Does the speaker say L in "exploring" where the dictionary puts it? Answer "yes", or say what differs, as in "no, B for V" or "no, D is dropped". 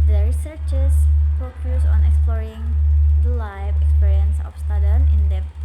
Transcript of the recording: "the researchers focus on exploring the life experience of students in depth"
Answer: yes